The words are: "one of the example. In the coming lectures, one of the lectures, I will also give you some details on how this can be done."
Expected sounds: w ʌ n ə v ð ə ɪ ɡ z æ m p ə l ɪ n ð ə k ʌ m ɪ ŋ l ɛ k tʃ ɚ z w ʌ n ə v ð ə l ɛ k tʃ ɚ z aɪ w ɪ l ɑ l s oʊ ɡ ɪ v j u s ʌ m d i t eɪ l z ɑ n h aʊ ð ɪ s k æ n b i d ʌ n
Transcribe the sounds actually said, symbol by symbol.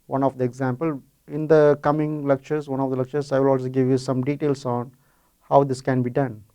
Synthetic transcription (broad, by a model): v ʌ n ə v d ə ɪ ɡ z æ m p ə l ɪ n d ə k ʌ m ɪ ŋ l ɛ k tʃ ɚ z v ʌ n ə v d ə l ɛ k tʃ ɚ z aɪ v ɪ l ɑ l s oʊ ɡ ɪ v j u s ʌ m d i t eɪ l s ɑ n h aʊ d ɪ s k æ n b i d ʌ n